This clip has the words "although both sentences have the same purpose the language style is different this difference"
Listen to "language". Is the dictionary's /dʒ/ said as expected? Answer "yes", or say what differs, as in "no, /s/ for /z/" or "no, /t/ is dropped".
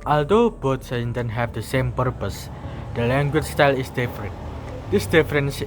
no, /tʃ/ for /dʒ/